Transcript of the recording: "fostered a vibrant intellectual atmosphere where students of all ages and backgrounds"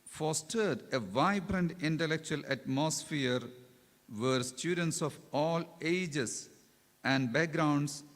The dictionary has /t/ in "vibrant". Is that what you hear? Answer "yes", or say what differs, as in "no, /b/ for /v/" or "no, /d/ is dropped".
yes